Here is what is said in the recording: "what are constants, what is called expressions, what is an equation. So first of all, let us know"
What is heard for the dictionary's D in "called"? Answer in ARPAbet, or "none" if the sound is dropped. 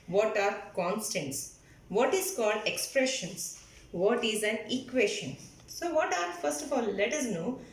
D